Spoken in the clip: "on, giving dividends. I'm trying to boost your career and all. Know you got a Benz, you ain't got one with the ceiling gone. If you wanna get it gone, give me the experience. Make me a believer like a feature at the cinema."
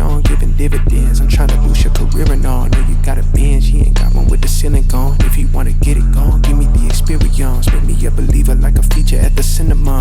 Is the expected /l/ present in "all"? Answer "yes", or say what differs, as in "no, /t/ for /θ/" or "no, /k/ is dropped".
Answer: no, /n/ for /l/